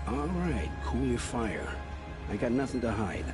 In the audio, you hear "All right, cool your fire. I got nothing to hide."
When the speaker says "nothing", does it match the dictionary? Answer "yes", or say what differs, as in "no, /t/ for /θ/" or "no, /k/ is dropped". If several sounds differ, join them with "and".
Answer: yes